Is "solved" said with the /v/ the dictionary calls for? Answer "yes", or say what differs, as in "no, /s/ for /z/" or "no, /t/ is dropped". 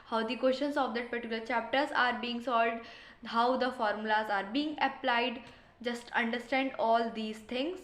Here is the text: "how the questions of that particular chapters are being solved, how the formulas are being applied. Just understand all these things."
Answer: no, /v/ is dropped